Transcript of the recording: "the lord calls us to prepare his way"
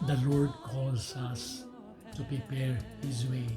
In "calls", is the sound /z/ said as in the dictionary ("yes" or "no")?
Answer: no